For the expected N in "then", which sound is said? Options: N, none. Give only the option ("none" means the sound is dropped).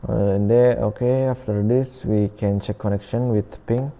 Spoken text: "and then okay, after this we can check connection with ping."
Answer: none